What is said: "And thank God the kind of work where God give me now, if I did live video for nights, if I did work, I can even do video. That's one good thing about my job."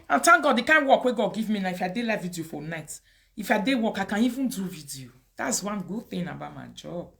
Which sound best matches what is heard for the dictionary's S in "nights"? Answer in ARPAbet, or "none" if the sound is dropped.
none